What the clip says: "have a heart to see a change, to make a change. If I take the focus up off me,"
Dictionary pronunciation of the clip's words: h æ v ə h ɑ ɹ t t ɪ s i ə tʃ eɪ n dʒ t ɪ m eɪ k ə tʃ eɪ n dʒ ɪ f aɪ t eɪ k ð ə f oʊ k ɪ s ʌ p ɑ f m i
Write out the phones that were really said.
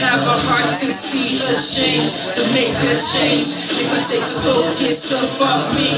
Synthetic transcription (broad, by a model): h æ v ə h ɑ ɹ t t ɪ s i ə tʃ eɪ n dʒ t ɪ m eɪ k ə tʃ eɪ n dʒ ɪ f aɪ t eɪ k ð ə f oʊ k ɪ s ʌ f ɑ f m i